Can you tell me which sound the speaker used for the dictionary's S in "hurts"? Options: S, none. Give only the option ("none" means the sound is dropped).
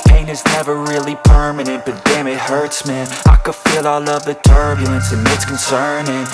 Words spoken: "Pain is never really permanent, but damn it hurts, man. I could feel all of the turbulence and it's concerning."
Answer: S